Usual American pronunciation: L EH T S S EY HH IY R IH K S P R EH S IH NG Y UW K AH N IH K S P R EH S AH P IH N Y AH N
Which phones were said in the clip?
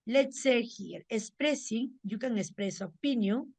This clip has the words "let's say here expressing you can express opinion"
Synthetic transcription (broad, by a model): L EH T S S EY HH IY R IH S P R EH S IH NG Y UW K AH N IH S P R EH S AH P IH N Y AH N